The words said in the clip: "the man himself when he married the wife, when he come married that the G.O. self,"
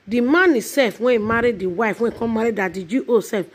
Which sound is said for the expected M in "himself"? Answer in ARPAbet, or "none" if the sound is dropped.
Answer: none